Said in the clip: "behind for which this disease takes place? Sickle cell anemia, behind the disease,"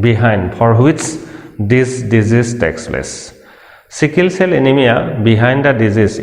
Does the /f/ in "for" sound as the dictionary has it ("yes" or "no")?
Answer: no